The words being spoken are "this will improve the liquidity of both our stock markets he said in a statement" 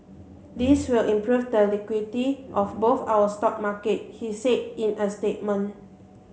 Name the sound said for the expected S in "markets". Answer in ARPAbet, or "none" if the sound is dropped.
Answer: none